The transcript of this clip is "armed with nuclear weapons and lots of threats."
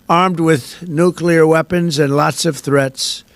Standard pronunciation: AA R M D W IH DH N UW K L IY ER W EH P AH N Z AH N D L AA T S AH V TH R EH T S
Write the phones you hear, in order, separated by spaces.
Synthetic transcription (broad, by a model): AA R M D W IH DH N UW K L IY ER W EH P AH N Z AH N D L AA T S AH V TH R EH T S